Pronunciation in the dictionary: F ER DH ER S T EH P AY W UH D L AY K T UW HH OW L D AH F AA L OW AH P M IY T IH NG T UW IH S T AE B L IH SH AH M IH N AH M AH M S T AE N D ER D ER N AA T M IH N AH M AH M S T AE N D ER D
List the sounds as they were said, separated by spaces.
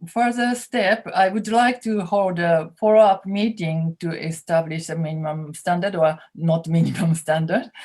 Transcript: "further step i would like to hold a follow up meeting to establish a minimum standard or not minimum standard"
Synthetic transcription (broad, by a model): F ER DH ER S T EH P AY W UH D L AY K T UW HH OW L D AH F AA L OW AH P M IY T IH NG T UW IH S T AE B L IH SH AH M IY N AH M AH M S T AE N D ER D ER N AA T M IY N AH M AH M S T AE N D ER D